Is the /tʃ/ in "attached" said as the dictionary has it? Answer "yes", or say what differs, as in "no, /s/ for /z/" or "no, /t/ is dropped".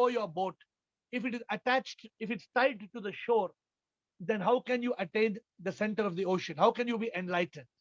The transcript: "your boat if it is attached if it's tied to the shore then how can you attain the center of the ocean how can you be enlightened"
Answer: yes